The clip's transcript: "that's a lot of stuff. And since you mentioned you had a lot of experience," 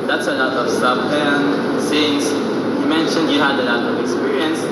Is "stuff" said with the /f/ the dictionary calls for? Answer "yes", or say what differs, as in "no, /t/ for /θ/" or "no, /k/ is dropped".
no, /p/ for /f/